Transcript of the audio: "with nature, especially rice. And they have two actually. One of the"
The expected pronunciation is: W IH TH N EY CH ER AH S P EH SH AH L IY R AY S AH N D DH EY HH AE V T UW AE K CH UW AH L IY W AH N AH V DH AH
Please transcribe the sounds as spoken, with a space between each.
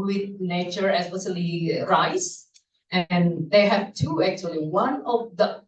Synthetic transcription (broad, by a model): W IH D N EY CH ER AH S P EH S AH L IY R AY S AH N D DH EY HH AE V T UW AE K CH UW AH L IY W AH N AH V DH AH